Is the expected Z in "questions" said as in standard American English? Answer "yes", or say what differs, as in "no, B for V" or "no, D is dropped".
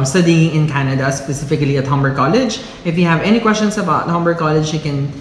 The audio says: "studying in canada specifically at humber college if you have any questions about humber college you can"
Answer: no, S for Z